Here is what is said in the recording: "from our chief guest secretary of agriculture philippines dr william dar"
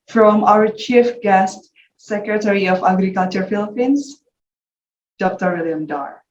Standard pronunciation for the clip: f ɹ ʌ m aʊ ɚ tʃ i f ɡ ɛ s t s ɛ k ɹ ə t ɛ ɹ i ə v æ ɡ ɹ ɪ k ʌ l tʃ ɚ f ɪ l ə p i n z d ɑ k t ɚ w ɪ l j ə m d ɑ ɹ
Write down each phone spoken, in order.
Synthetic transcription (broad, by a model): f ɹ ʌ m aʊ ɚ tʃ i f ɡ ɛ s t s ɛ k ɹ ə t ɛ ɹ i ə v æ ɡ ɹ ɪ k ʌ l tʃ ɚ f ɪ l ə p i n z d ɑ k t ɚ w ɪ l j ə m d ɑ ɹ